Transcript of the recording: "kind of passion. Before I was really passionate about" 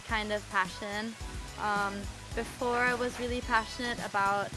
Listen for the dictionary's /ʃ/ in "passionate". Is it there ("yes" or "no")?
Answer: yes